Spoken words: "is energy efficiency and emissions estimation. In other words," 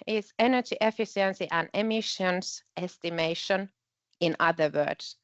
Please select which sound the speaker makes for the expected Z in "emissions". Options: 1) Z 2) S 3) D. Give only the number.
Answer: 2